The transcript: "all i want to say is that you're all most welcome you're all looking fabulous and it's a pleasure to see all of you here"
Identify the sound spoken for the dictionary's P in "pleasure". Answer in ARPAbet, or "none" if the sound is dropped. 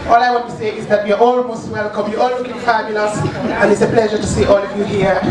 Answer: P